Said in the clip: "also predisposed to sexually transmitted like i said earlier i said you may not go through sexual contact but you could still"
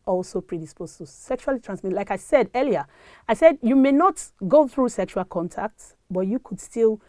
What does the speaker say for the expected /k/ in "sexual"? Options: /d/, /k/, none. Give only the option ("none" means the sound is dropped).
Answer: /k/